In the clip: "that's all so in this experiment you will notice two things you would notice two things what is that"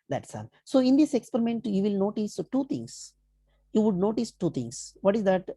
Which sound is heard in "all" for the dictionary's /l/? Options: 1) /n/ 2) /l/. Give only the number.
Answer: 1